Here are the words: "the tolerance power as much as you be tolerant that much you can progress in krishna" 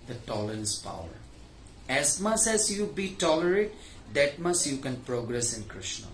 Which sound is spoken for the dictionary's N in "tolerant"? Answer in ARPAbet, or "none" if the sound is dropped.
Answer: none